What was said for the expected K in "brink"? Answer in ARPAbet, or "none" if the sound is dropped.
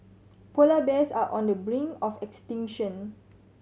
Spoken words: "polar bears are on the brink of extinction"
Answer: none